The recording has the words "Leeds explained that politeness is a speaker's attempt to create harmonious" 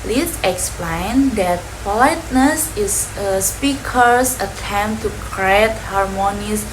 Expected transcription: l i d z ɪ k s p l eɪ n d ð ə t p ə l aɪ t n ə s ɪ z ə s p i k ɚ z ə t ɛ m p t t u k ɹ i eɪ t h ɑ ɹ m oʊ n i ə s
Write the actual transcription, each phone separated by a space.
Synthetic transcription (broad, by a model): l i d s ɪ k s p l eɪ n d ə t p ə l aɪ t n ə s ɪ s ə s p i k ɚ s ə t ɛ m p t t u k ɹ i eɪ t h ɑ ɹ m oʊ n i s